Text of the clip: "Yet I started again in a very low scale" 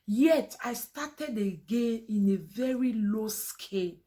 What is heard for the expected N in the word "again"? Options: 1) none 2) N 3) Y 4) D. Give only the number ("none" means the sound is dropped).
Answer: 2